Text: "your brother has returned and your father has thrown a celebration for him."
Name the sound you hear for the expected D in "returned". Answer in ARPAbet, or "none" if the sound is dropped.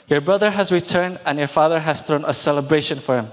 D